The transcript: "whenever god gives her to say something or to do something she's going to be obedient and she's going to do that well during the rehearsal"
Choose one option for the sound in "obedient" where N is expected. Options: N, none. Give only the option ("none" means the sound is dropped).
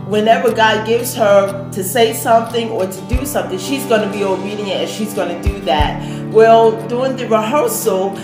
none